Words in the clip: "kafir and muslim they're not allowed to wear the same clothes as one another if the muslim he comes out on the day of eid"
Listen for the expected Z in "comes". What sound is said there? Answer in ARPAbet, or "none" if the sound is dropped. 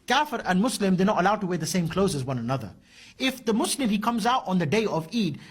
Z